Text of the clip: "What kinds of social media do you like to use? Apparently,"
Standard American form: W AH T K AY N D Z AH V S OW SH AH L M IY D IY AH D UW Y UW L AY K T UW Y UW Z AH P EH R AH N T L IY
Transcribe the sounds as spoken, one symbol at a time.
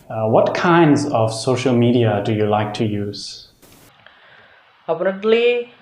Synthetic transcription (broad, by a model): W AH T K AY N D Z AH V S OW SH AH L M IY D IY AH D UW Y UW L AY K T UW Y UW Z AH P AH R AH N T L IY